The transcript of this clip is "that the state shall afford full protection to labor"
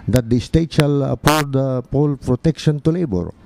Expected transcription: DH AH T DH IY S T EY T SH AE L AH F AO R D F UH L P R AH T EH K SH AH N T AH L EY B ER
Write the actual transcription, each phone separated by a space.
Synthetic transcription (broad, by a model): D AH T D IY S T EY T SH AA L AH P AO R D P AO L P R AH T EH K SH AH N T AH L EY B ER